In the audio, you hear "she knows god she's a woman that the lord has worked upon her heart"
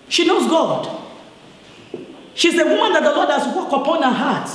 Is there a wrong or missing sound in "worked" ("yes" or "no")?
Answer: yes